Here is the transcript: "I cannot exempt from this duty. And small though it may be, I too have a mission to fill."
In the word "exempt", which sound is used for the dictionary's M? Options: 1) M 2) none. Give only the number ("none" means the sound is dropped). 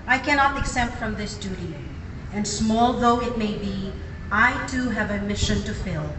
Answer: 2